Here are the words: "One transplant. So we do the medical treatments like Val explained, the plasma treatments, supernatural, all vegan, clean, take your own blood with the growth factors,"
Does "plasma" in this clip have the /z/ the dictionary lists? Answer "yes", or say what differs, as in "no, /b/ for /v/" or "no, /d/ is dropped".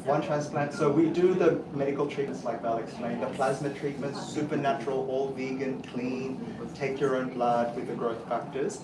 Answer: yes